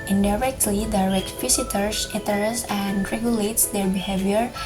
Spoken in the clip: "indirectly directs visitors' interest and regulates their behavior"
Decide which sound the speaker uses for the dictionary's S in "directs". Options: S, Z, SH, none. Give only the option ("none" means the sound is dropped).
none